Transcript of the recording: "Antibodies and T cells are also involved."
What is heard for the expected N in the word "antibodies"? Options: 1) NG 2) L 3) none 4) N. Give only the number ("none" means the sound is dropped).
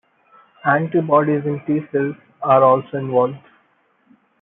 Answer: 4